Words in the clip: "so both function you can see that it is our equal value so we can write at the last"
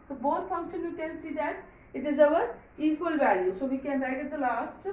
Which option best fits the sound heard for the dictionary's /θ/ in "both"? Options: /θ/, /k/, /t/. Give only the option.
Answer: /t/